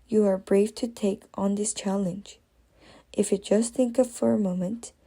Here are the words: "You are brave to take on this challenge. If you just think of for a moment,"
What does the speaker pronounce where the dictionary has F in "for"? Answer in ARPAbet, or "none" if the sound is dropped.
F